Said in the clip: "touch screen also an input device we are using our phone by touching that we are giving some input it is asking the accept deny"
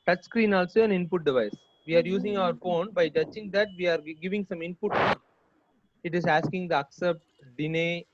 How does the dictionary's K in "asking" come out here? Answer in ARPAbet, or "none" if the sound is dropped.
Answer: K